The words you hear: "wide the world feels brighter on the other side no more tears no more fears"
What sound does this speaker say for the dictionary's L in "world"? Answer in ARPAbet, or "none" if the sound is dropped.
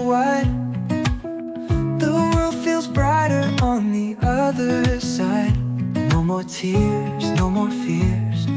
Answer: L